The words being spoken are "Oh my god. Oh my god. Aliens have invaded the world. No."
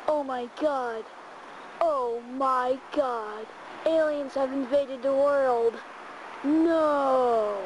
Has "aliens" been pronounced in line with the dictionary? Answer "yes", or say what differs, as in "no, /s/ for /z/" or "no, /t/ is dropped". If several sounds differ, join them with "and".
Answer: yes